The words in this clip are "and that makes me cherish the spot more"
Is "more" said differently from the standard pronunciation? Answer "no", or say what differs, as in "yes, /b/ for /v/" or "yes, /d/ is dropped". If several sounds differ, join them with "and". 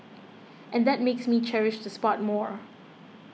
no